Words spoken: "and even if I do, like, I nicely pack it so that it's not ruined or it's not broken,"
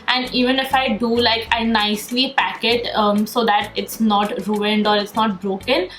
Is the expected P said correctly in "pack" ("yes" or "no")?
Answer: yes